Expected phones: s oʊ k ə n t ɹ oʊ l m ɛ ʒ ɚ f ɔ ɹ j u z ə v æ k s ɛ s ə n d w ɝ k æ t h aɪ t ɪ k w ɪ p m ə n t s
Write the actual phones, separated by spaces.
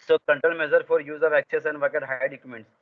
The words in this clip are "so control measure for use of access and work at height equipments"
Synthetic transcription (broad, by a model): s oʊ k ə n t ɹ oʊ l m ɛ z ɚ f ɔ ɹ j u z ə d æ k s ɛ s ə n d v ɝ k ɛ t h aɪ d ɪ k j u m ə n t s